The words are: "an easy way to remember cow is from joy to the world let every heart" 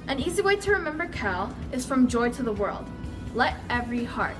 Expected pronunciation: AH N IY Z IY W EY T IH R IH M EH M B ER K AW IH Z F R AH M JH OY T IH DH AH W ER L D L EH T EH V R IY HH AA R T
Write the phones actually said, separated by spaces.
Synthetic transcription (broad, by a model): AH N IY Z IY W EY T IH R IH M EH M B ER K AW IH Z F R AH M JH OY T IH DH AH W ER L D L EH T EH V R IY HH AA R T